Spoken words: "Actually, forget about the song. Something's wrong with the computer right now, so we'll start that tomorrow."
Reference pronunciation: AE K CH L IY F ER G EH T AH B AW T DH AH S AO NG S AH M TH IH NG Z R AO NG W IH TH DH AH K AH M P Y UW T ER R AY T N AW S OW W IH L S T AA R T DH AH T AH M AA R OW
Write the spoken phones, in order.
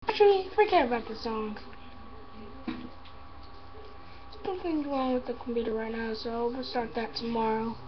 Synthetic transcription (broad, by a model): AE K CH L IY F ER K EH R AH B AW T DH AH S AO NG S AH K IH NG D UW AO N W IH DH AH K M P Y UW T ER R AY T N AW S OW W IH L S T AA R T DH AH T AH M AA R OW